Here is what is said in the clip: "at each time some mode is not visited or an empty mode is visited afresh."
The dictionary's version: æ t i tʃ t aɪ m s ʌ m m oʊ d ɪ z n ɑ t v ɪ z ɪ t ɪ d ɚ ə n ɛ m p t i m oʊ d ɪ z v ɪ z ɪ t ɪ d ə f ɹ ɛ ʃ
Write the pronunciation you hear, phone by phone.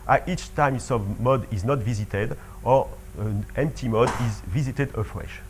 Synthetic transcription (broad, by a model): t i tʃ t aɪ m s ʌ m m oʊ d ɪ z n ɑ t v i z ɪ t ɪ d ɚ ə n ɛ m p t i m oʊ d ɪ z v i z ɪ t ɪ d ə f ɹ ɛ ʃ